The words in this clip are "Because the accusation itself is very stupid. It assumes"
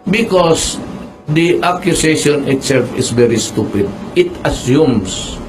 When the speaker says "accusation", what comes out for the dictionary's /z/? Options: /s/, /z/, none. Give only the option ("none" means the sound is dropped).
/s/